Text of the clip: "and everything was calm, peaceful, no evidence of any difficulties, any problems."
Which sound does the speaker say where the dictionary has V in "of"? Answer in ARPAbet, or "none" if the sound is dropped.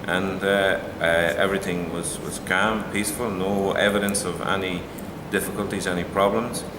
V